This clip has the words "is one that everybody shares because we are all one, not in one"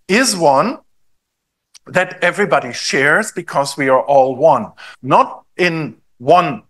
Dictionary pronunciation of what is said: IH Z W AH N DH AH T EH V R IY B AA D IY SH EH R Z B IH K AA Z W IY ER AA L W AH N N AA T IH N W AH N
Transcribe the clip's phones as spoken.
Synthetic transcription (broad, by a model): IH Z W AH N DH AH T EH V R IY B AA D IY SH EH R Z B IH K AA Z W IY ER AA L W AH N N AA T IH N W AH N